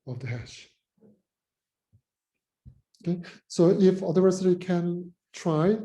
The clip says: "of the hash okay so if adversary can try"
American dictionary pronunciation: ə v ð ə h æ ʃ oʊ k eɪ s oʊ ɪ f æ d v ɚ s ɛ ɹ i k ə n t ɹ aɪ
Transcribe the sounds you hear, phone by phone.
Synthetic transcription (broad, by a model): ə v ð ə h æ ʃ oʊ k eɪ s oʊ ɪ f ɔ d ɚ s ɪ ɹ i k ə n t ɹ aɪ